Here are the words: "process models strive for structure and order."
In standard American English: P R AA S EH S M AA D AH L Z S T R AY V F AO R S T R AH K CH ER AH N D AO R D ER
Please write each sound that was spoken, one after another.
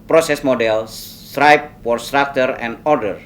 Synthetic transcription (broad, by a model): P R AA S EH S M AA D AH L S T R AY P F AO R S T R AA K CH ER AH N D AO R D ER